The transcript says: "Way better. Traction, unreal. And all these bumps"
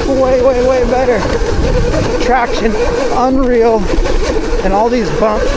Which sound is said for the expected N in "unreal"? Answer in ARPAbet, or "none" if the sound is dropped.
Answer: N